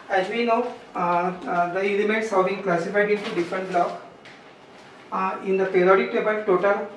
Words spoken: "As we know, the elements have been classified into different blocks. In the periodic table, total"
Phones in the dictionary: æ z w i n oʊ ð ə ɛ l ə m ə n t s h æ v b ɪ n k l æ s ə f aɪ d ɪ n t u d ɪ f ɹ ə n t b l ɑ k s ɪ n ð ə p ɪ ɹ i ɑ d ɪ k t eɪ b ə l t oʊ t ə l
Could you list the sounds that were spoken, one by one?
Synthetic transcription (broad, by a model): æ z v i n oʊ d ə ɛ l ə m ə n t s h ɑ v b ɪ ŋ k l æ s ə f aɪ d ɪ n t u d ɪ f ɹ ə n t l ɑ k ɪ n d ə p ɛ ɹ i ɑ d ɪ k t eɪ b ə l t oʊ t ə l